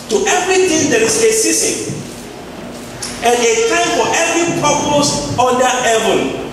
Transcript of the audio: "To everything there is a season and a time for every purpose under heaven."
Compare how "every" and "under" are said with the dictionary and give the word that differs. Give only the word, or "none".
under